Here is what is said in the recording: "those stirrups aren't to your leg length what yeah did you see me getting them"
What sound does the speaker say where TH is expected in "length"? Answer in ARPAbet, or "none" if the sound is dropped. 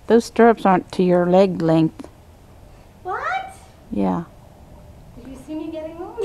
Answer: TH